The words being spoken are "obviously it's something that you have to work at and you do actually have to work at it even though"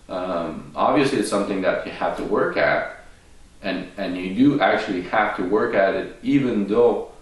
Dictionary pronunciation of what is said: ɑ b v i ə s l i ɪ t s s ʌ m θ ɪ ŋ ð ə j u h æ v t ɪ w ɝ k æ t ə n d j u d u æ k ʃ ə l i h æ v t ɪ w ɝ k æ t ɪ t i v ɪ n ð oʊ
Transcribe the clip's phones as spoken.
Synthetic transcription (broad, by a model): ɑ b v i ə s l i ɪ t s s ʌ m θ ɪ ŋ ð ə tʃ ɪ h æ f t ɪ w ɝ k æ t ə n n j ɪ d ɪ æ k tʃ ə l i h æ f t ɪ w ɝ k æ t ɪ t i v ɪ n ð oʊ